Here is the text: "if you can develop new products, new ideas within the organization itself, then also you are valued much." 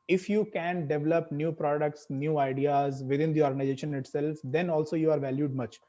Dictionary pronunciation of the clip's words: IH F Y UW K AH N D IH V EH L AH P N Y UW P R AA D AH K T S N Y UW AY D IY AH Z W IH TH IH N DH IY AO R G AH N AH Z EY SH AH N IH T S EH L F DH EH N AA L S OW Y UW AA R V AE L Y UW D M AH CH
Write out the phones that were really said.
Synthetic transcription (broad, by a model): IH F Y UW K AH N D IH V EH L AH P N Y UW P R AA D AH K T S N Y UW AY D IY AH Z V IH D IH N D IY AO R G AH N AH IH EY SH AH N IH T S EH L F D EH N AA L S OW Y UW AA R V AE L Y UW D M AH CH